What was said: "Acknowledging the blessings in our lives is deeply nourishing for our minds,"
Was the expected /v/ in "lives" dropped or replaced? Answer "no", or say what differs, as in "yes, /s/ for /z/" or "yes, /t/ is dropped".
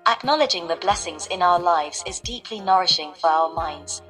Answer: no